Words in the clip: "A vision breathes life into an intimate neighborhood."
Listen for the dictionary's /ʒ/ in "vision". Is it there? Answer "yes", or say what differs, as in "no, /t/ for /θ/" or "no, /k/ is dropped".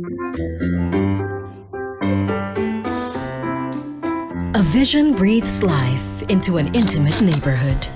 yes